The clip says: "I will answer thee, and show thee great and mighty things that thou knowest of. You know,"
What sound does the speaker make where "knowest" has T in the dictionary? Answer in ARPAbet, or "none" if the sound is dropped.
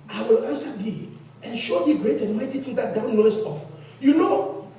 none